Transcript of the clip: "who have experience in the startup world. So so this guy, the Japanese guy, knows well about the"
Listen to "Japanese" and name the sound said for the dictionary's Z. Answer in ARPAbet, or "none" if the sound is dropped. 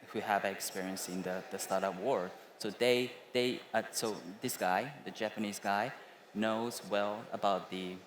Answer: Z